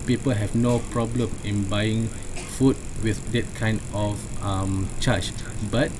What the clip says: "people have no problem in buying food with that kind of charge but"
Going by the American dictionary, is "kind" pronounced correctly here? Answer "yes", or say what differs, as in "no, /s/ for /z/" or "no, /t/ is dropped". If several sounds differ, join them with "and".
yes